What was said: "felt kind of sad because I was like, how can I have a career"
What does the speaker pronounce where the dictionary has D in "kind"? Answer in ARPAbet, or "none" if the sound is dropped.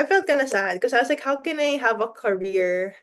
none